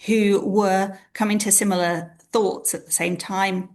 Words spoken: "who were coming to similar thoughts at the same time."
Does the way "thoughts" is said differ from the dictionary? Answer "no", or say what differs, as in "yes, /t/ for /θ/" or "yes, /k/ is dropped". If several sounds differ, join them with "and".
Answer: no